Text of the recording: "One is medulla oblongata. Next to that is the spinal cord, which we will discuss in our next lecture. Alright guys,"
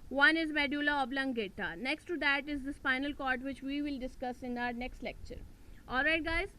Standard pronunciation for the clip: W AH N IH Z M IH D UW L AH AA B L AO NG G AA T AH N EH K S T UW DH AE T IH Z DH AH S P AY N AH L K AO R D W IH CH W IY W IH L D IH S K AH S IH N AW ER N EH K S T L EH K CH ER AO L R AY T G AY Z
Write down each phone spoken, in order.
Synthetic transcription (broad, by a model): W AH N IH Z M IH D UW L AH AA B L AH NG G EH T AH N EH K S T UW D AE T IH Z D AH S F AY N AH L K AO R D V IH CH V IY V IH L D IH S K AH S IH N AW ER N EH K S T L EH K CH ER AO L R AY T G AY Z